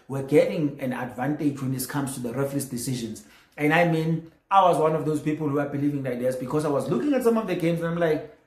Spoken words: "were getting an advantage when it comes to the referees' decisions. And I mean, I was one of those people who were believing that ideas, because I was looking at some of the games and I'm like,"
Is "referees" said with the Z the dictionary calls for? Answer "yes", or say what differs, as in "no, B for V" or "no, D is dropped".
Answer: no, S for Z